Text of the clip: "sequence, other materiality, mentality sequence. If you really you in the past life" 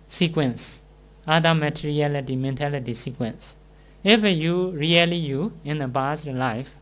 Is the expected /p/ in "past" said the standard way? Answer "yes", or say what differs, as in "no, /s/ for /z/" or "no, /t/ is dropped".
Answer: no, /b/ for /p/